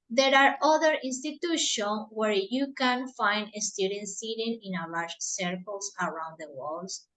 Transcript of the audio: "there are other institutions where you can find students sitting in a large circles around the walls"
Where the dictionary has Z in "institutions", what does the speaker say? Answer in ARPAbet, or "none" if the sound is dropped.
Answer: none